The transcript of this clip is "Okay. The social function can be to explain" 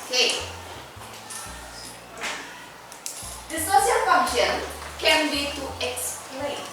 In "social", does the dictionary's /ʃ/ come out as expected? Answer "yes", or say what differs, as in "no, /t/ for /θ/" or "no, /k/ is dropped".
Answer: no, /s/ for /ʃ/